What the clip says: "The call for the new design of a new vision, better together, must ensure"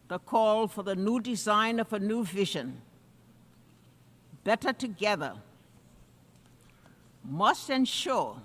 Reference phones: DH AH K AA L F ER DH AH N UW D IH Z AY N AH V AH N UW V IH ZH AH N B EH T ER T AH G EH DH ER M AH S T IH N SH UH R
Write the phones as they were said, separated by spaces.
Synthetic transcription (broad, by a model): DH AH K AA L F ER DH AH N UW D IH Z AY N AH V AH N UW V IH ZH AH N B EH T ER T AH G EH DH ER M AH S T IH N SH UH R